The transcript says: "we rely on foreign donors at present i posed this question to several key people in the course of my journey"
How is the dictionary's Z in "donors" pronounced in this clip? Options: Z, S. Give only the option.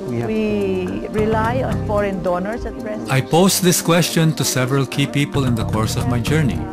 S